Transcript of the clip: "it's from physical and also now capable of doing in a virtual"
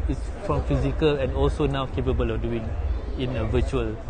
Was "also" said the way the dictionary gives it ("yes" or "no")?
yes